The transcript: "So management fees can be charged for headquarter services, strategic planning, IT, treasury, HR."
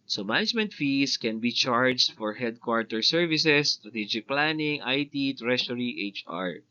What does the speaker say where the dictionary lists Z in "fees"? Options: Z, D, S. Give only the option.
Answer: S